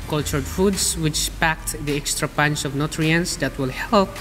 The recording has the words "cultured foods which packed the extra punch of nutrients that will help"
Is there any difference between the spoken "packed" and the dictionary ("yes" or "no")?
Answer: no